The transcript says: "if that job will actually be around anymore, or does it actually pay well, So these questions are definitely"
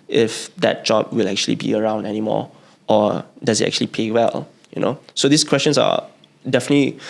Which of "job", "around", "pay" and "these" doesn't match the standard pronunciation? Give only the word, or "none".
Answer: these